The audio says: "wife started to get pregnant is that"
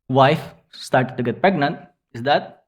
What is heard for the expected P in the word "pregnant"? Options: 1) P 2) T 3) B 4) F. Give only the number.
1